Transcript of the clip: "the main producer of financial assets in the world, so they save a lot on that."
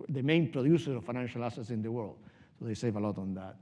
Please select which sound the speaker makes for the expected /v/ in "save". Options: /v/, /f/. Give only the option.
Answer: /v/